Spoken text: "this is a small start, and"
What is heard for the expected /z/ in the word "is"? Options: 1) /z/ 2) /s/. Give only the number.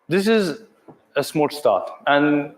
1